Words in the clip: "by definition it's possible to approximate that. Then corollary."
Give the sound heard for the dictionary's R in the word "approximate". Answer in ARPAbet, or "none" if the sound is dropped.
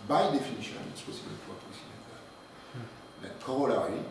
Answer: none